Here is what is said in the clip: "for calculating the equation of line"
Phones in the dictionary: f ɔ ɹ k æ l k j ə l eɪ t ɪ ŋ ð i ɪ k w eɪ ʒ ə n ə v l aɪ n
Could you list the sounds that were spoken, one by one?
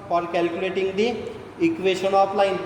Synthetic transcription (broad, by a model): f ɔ ɹ k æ l k j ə l eɪ t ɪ ŋ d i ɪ k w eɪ ʃ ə n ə p l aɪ n